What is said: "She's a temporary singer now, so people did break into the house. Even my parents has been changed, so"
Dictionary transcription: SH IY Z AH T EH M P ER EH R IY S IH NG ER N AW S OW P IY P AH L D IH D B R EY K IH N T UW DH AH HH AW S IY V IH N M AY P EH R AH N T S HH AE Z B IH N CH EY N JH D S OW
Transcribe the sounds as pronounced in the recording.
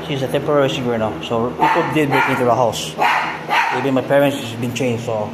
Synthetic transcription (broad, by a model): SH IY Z AH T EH M P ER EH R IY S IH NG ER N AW S OW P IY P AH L D IH D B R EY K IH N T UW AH HH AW S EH B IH M AY P EH R AH N T S B IH N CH EY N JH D S OW